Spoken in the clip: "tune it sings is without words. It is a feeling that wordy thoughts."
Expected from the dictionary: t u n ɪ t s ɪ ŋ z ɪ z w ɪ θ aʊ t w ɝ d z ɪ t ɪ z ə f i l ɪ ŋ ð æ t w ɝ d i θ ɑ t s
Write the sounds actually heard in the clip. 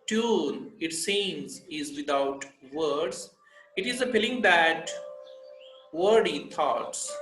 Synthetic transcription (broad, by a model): t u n ɪ t s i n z ɪ z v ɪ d aʊ t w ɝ d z ɪ t ɪ z ə p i l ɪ ŋ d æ t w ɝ d i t ɑ t s